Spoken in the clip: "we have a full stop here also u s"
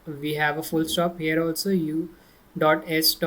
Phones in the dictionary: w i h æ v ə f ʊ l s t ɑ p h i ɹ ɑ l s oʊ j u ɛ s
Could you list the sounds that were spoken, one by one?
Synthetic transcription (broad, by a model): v i h æ v ə f ʊ l s t ɑ p h i ɹ ɑ l s oʊ j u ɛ s